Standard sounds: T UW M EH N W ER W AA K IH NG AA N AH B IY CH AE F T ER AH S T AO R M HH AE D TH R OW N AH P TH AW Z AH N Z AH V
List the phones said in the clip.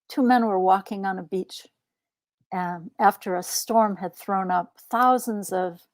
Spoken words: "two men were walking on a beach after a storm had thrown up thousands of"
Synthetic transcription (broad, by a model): T UW M EH N W ER W AA K IH NG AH N AH B IY CH AE F T ER AH S T AO R M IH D TH R OW N AH P TH AW Z AH N Z AH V